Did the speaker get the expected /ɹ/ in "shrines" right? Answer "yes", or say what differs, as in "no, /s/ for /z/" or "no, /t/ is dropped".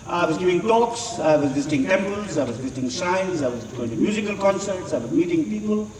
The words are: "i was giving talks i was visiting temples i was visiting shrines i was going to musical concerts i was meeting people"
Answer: no, /ɹ/ is dropped